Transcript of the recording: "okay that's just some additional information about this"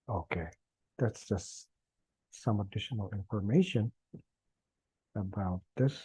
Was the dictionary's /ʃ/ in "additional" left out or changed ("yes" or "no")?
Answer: no